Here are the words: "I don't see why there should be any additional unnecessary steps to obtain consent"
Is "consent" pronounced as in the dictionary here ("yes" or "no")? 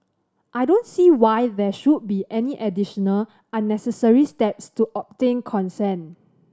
no